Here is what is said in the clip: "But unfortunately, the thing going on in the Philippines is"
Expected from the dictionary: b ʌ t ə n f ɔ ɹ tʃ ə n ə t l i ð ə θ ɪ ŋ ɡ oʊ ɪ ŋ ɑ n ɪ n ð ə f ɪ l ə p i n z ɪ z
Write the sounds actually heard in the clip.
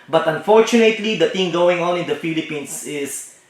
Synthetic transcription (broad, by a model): b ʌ t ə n f ɔ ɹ tʃ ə n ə t l i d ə t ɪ ŋ ɡ oʊ ɪ ŋ ɑ n ɪ n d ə f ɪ l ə p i n s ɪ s